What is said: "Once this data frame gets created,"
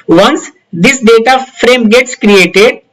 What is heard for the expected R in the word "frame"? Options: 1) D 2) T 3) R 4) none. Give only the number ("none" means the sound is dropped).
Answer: 3